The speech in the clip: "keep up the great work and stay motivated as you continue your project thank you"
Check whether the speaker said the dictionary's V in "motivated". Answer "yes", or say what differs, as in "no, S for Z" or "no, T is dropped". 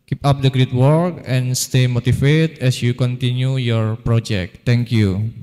no, F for V